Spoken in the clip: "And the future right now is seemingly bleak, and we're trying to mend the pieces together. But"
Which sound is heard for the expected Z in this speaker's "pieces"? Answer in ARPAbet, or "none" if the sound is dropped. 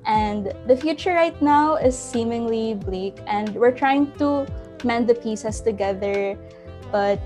S